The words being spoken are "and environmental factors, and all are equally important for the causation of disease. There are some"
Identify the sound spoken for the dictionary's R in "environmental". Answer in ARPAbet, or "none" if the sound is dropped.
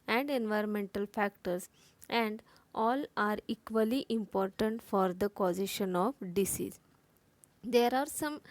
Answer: R